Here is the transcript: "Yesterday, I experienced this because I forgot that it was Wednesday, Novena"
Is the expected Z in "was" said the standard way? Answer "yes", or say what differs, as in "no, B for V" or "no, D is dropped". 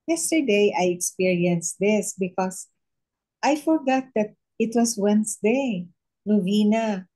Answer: no, S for Z